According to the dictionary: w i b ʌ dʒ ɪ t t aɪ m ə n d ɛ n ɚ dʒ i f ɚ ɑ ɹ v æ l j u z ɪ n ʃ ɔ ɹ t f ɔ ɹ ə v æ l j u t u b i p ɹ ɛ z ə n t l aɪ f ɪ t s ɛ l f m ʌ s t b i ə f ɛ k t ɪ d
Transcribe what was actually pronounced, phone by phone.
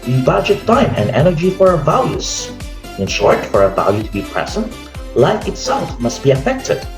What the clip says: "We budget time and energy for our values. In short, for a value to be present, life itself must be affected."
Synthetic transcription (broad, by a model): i b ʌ dʒ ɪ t t aɪ m ə n d ɛ n ɚ dʒ i f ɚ ɑ ɹ v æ l j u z ɪ n ʃ ɔ ɹ t f ɔ ɹ ə v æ l j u t u b i p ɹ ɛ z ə n t l aɪ f ɪ t s ɛ l f m ʌ s t b i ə f ɛ k t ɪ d